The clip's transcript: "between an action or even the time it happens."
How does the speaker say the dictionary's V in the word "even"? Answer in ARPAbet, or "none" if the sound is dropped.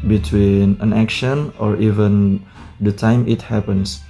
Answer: V